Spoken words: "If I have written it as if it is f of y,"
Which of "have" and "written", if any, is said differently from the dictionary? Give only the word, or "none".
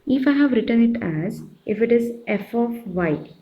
none